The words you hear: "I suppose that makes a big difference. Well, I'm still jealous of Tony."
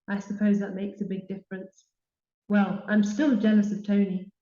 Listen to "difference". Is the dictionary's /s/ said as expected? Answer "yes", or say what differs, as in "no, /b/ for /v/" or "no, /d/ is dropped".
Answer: yes